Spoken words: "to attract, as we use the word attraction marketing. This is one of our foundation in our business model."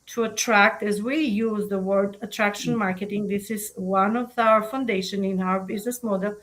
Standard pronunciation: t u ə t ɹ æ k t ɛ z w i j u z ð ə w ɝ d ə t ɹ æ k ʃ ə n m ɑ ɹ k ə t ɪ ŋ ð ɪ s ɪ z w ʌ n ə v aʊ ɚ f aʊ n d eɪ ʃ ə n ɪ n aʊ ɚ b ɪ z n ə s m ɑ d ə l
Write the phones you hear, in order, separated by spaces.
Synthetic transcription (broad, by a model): t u ə t ɹ æ k t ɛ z w i j u z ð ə w ɝ d ə t ɹ æ k ʃ ə n m ɑ ɹ k ə t ɪ ŋ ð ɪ s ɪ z w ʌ n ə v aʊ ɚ f aʊ n d eɪ ʃ ə n ɪ n aʊ ɚ b ɪ z n ə s m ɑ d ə l